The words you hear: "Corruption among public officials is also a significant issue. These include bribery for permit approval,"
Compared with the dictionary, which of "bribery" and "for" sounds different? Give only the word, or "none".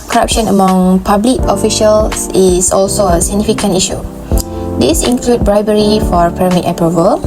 none